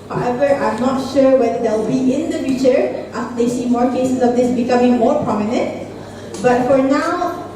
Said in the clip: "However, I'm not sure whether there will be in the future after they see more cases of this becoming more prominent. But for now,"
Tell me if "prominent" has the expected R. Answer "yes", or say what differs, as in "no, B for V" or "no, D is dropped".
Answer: yes